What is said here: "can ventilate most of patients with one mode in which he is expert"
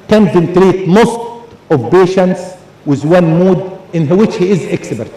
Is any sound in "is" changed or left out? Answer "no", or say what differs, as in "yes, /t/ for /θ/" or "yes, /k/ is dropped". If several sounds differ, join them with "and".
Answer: no